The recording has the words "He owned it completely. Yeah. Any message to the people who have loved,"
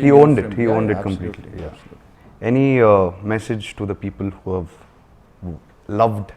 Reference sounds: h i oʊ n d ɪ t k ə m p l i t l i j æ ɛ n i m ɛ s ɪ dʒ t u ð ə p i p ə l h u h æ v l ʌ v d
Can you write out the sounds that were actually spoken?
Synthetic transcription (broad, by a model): h i oʊ n d ɪ t k ə m p l i t l i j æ ɛ n i m ɛ s ɪ dʒ t u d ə p i p ə l h u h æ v l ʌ v d